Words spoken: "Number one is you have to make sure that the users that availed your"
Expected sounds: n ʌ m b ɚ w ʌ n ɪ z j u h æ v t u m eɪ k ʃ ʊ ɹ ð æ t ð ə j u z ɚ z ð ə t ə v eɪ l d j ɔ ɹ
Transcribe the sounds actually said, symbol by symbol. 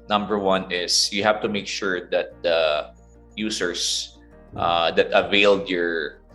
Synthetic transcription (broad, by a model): n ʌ m b ɚ w ʌ n ɪ s j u h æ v t u m eɪ k ʃ ʊ ɹ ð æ t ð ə j u s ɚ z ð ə t ə v eɪ l d j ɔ ɹ